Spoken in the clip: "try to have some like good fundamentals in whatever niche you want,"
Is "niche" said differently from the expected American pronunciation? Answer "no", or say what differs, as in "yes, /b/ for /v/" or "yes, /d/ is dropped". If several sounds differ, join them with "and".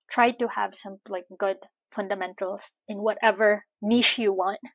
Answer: yes, /ʃ/ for /tʃ/